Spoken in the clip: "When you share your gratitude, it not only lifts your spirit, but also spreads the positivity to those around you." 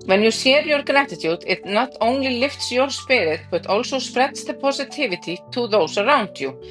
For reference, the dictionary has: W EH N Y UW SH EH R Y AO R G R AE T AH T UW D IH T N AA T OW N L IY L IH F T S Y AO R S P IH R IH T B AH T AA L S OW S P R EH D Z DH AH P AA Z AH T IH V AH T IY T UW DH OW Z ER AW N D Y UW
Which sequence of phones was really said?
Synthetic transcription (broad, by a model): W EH N Y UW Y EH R Y AO R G R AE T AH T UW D IH T N AA T OW N L IY L IH F T S Y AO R S P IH R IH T B AH T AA L S OW S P R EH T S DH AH P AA S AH T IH V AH T IY T UW DH OW S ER AW N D Y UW